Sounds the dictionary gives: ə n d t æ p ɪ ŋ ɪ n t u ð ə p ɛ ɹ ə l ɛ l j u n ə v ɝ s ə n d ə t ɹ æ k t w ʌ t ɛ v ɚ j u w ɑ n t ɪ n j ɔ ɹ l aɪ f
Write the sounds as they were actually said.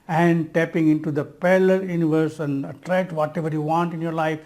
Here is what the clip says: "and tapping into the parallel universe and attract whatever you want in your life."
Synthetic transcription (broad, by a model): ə n d t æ p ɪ ŋ ɪ n t u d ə p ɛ l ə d j u n ə v ɝ s ə n d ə t ɹ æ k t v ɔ t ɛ v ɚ j u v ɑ n t ɪ n j ɔ ɹ l aɪ f